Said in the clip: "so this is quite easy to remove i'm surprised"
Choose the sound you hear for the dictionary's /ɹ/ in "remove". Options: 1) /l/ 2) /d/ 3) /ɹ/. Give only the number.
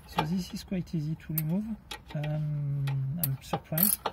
1